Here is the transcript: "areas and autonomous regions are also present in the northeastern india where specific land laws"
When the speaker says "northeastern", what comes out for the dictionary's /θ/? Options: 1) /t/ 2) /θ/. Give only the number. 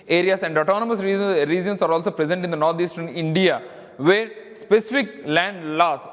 1